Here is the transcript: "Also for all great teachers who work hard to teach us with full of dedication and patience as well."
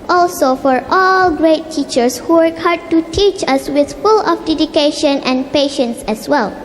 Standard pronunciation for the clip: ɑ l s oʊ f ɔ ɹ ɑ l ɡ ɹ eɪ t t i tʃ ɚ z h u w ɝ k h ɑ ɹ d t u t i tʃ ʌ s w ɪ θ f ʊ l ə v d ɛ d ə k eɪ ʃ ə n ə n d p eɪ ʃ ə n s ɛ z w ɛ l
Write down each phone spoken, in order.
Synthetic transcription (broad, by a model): ɑ l s oʊ f ɔ ɹ ɑ l ɡ ɹ eɪ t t i tʃ ɚ s h u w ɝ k h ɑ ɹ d t u t i tʃ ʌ s w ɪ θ f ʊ l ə f d ɛ d ə k eɪ ʃ ə n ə n p eɪ ʃ ə n s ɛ s w ɛ l